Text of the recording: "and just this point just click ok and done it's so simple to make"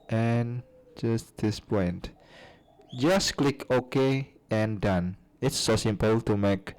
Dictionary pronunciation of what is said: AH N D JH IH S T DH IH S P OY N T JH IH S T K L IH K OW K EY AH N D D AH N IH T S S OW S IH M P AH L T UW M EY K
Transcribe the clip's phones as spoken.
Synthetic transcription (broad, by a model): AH N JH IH S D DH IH S P OY N T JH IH S K L IH K OW K EY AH N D D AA N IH T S S OW S IH M P AH L T UW M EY K